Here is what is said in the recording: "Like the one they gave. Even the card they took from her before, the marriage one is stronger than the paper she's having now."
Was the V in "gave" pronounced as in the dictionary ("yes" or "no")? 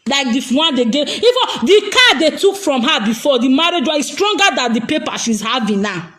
no